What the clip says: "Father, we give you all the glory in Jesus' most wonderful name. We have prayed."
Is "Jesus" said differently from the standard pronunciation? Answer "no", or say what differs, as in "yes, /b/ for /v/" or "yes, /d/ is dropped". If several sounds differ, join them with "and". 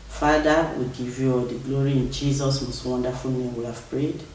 no